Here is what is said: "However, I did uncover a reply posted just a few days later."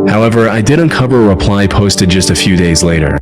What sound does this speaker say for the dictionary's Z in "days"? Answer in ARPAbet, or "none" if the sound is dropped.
Z